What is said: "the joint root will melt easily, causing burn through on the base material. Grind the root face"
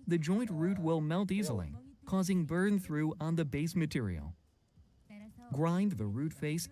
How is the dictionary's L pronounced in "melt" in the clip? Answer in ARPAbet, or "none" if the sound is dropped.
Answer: L